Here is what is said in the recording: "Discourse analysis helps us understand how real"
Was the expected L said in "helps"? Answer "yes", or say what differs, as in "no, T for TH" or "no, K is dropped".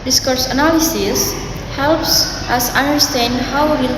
yes